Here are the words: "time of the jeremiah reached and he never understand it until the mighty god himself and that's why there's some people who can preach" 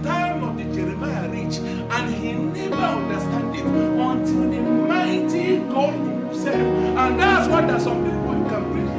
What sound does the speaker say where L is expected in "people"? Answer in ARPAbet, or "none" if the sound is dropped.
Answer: W